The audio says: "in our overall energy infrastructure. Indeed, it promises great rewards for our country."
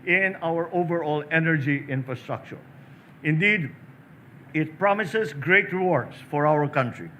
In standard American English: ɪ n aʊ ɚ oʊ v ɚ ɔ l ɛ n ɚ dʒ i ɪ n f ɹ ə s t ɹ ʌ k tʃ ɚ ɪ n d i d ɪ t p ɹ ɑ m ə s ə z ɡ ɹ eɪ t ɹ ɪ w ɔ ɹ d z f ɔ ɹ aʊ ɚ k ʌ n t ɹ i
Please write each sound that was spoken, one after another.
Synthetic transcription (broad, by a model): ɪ n aʊ ɚ oʊ v ɚ ɔ l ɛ n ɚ dʒ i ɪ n f ɹ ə s t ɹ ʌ k tʃ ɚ ɪ n d i d ɪ t p ɹ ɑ m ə s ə s ɡ ɹ eɪ t ɹ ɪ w ɔ ɹ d s f ɔ ɹ aʊ ɚ k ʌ n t ɹ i